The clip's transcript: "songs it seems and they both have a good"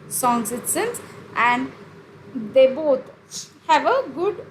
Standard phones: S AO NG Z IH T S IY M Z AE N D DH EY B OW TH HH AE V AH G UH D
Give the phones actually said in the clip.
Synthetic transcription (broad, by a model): S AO NG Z IH T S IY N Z AE N D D EY B OW T HH AE V AH G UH D